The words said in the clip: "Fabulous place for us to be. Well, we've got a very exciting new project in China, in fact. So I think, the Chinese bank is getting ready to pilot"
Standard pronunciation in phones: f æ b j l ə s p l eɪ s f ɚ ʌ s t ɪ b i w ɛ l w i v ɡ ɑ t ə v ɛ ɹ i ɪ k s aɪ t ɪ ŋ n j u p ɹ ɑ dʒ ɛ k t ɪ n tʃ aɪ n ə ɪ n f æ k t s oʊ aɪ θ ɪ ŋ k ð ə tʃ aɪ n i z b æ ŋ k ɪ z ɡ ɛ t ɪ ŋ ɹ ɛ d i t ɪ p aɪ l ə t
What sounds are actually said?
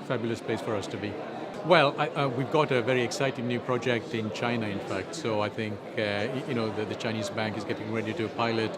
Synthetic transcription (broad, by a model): f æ b j l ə s p l eɪ s f ɚ ʌ s t ɪ b i w ɛ l w i v ɡ ɑ t ə v ɛ ɹ i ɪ k s aɪ t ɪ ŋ n j u p ɹ ɑ dʒ ɛ k t ɪ n tʃ aɪ n ə ɪ n f æ k t s oʊ aɪ θ ɪ ŋ k ð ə tʃ aɪ n i z b æ ŋ k ɪ z ɡ ɛ t ɪ ŋ ɹ ɛ d i t ɪ p aɪ l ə t